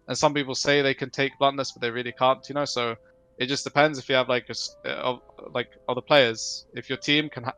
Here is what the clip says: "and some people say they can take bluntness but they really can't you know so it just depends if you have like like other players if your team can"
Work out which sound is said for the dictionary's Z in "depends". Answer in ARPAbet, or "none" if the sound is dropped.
Z